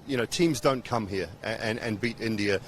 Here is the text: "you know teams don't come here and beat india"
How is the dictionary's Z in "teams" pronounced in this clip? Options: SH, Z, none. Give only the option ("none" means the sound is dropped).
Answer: Z